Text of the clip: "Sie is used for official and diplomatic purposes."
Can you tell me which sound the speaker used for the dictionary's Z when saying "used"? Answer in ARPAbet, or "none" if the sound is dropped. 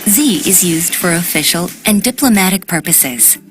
Z